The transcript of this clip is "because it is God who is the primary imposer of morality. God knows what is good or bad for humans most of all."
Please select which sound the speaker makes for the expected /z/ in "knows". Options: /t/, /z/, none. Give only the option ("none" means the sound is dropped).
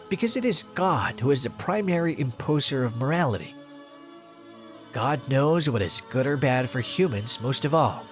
/z/